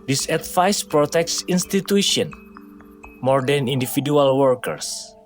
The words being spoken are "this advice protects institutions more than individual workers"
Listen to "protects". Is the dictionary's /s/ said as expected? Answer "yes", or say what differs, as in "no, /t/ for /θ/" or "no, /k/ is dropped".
yes